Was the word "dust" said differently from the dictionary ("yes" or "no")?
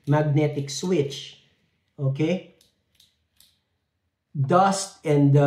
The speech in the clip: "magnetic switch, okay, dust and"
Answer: no